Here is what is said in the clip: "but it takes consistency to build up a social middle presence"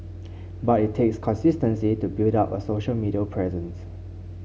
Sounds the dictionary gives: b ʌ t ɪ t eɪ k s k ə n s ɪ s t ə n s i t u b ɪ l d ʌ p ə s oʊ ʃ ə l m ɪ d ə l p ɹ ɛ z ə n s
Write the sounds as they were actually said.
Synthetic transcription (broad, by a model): b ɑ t ɪ t eɪ k s k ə n s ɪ s t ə n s i t u b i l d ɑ p ə s oʊ ʃ ə l m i d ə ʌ p ɹ ɛ z ə n s